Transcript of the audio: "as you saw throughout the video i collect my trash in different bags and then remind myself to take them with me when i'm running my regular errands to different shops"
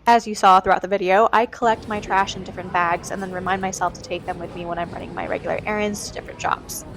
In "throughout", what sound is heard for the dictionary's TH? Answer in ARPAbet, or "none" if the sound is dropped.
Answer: TH